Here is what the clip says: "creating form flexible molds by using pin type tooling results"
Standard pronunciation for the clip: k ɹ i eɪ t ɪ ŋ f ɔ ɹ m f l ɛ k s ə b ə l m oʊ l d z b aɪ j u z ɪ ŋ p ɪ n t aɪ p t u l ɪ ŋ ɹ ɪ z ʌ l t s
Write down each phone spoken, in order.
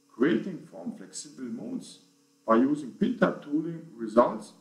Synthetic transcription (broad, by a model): k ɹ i eɪ t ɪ ŋ f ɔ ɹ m f l ɛ k s ə b ə l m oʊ d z b aɪ j u z ɪ ŋ p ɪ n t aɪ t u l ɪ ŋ ɹ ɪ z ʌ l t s